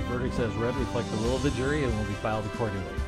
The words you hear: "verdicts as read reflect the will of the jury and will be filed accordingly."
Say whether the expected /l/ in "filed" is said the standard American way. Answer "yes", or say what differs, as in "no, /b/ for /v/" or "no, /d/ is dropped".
yes